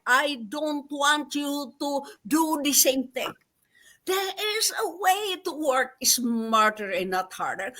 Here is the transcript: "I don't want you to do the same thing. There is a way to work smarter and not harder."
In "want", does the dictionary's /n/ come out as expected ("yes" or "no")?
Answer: yes